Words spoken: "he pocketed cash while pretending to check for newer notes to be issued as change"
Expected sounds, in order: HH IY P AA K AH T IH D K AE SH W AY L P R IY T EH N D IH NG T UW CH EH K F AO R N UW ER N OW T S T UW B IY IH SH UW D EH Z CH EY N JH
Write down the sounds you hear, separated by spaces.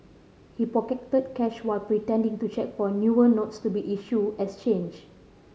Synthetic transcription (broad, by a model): HH IY P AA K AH T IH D K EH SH W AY L P R IY T EH N D IH NG T UW CH EH K F AO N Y UW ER N OW T S T UW B IY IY SH UW EH S CH EY N JH